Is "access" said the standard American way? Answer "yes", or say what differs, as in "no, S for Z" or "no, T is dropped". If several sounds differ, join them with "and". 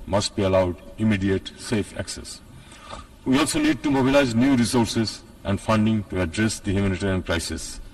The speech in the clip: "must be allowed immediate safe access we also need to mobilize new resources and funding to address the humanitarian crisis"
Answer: yes